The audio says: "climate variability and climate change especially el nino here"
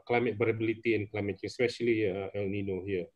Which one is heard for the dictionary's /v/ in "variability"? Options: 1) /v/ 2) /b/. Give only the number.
2